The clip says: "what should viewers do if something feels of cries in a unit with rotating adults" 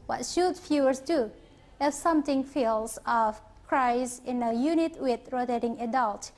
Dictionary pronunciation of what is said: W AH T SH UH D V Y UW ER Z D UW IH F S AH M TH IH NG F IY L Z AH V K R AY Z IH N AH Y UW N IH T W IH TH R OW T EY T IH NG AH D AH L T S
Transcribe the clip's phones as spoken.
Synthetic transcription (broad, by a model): W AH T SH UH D F Y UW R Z D UW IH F S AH M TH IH NG F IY L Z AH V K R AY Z IH N AH Y UW N IH T W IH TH R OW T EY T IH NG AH D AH L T